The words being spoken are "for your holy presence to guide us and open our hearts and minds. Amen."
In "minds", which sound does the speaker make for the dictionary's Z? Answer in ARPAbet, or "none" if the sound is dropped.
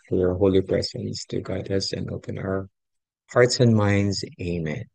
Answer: Z